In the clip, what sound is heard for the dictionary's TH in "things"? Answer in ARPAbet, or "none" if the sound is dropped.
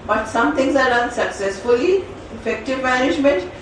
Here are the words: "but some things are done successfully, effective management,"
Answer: T